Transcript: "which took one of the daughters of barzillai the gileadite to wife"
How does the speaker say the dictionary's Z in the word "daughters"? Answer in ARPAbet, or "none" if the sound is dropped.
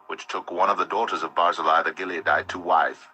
Z